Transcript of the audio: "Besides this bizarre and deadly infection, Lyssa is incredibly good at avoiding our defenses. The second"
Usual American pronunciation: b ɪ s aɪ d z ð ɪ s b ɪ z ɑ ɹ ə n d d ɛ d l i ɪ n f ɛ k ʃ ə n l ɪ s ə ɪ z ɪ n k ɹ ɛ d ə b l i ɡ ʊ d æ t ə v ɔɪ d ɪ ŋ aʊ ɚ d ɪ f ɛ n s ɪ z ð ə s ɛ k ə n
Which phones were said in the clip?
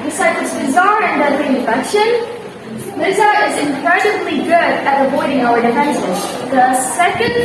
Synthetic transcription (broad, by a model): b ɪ s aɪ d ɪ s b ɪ z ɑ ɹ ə n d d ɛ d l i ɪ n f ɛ k ʃ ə n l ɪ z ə ɪ z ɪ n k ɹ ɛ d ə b l i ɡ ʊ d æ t ə v ɔɪ d ɪ ŋ aʊ ɚ d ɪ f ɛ n ʃ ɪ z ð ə s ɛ k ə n